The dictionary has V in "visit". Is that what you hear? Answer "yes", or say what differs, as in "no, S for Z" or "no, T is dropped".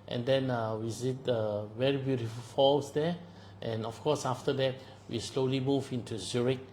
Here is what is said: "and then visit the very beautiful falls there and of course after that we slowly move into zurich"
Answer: no, W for V